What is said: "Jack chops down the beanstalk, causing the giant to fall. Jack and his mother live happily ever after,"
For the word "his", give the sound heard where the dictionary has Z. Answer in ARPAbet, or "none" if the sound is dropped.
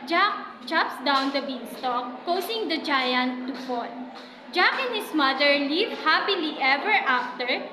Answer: S